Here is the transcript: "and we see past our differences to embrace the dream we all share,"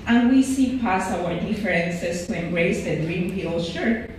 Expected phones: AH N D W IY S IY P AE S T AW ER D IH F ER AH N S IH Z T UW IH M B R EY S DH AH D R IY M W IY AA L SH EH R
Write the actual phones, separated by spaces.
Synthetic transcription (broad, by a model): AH N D W IY S IY P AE S AW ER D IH F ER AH N S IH S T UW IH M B R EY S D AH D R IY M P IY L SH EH R